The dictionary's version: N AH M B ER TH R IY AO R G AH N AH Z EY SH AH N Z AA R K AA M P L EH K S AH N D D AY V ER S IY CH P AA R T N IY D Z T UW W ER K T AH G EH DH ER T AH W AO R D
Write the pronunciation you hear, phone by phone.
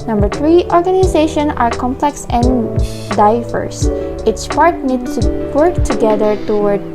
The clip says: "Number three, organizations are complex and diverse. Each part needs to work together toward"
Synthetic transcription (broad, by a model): N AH M B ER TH R IY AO R G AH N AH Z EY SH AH N AA R K AA M P L EH K S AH N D D AY V ER S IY S P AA R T N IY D T UW W ER K T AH G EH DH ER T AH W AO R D